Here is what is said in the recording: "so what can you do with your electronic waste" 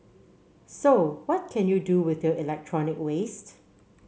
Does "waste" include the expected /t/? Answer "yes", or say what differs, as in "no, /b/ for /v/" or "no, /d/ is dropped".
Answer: yes